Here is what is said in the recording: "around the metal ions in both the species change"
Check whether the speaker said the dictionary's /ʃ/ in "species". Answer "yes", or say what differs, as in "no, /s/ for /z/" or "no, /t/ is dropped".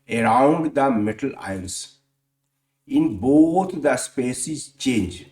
no, /s/ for /ʃ/